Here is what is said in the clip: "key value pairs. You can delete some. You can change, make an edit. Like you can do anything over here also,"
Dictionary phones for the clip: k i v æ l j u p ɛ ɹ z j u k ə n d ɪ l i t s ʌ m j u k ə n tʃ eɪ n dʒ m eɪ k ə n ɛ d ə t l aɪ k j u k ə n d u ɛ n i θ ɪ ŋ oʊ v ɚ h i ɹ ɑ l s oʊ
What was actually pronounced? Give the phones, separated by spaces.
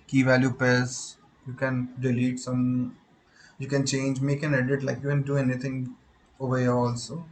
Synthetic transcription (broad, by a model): k i v æ l j u p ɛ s j u k ə n d ɪ l i t s ʌ m j u k ə n tʃ eɪ n dʒ m eɪ k ə n ɛ d ə t l aɪ k j u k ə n d u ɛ n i t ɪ ŋ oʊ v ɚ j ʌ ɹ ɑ l s oʊ